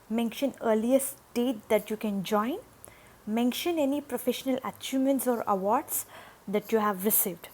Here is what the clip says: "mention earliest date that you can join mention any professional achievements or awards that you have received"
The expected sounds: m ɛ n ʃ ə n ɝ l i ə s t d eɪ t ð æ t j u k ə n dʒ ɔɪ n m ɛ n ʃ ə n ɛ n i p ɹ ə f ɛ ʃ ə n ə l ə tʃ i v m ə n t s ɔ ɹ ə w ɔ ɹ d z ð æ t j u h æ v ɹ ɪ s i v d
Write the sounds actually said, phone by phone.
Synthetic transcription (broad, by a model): m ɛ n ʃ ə n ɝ l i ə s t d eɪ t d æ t j u k ə n dʒ ɔɪ n m ɛ n ʃ ə n ɛ n i p ɹ ə f ɛ ʃ ə n ə l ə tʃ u m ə n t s ɔ ɹ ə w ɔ ɹ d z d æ t j u h æ v ɹ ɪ s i v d